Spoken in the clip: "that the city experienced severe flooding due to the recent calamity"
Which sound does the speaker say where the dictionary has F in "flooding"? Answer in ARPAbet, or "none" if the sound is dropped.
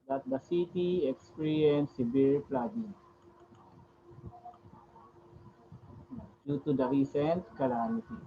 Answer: P